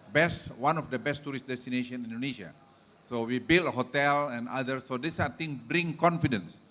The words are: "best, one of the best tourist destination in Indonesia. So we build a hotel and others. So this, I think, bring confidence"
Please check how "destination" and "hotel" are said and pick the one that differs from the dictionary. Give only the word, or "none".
none